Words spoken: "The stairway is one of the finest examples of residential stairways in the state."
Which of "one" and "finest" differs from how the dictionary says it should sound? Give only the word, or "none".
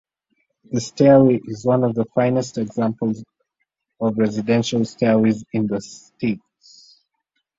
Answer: none